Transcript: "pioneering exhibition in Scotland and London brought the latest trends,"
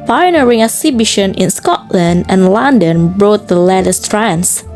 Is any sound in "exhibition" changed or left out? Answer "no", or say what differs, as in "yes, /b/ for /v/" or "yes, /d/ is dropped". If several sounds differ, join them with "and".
yes, /k/ is dropped